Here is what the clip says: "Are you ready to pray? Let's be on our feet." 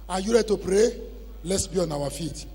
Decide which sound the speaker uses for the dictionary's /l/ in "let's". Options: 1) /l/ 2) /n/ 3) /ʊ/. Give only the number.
1